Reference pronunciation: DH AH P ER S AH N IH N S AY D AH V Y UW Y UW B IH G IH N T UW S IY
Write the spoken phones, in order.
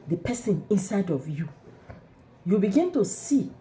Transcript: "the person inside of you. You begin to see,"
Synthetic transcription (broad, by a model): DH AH P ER S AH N IH N S AY D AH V Y UW Y UW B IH G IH N T UW S IY